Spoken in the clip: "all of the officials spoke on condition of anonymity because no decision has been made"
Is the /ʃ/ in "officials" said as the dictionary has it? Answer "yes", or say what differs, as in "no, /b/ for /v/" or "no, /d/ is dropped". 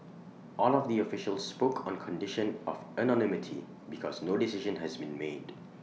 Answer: yes